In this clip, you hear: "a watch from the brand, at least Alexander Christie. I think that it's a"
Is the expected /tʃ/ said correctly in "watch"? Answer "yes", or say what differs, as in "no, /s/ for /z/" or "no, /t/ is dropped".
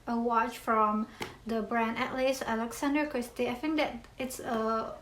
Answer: yes